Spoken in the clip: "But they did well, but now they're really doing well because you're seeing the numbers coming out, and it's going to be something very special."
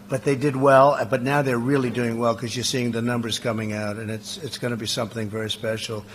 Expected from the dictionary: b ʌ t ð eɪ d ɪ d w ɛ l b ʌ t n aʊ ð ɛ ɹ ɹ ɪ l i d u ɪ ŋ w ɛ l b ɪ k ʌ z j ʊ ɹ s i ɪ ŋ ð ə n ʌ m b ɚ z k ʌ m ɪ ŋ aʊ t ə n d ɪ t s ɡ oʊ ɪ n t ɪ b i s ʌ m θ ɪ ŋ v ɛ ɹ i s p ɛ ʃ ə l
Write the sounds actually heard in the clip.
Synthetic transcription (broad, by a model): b ʌ t ð eɪ d ɪ d w ɛ l b ʌ t n aʊ ð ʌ ɹ ɹ ɪ l i d u ɪ ŋ w ɛ l k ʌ z j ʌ ɹ s i ɪ ŋ ð ə n ʌ m b ɚ z k ʌ m ɪ ŋ aʊ t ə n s ɪ t s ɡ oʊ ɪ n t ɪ b i s ʌ m θ ɪ ŋ v ɛ ɹ i s p ɛ ʃ l